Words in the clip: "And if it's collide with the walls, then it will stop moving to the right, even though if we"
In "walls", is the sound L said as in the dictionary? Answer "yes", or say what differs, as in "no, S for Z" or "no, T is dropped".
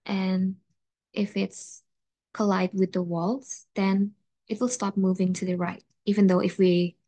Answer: yes